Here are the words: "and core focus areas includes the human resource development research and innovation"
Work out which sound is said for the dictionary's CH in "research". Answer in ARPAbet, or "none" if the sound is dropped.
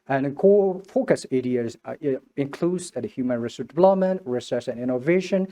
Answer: S